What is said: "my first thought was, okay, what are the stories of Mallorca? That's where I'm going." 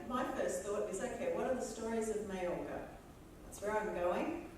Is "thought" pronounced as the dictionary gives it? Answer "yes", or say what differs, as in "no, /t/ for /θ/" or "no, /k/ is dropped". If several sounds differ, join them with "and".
yes